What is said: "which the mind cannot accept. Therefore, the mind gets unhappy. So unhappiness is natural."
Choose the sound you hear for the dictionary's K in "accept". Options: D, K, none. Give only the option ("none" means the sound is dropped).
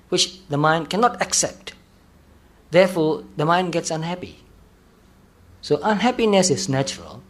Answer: K